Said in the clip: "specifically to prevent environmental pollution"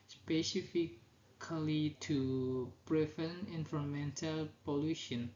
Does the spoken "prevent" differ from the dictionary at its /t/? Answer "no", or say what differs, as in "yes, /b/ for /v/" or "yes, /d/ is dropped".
yes, /t/ is dropped